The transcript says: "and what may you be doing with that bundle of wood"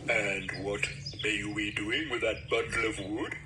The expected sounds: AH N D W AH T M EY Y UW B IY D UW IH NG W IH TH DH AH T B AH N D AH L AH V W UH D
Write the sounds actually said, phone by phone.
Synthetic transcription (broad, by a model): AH N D W AH T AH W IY D UW IH NG W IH DH AH T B AH D L AH V W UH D